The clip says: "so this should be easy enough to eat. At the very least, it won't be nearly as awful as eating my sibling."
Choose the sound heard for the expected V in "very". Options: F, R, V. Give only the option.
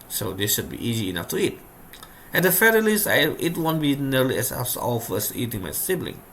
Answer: F